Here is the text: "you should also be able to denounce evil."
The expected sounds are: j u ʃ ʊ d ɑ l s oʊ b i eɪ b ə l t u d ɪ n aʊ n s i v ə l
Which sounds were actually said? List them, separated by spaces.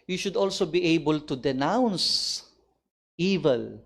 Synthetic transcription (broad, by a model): j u ʃ ʊ d ɑ l s oʊ b i eɪ b ə l t u d ɪ n aʊ n s i v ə l